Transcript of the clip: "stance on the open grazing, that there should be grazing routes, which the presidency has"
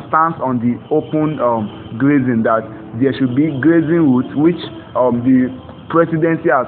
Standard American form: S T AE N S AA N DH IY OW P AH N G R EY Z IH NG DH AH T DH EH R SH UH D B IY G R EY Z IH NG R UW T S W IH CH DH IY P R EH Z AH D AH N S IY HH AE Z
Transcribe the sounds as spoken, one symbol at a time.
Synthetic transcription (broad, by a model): S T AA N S AA N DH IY OW P AH N G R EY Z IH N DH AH T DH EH SH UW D B IY G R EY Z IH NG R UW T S W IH CH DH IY P R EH S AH D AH N S IY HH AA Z